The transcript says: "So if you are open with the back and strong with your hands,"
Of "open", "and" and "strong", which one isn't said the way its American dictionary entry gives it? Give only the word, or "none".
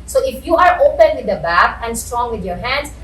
none